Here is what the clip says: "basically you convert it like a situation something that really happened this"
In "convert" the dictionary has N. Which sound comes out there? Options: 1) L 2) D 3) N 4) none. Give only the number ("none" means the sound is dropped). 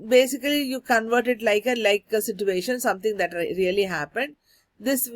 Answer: 3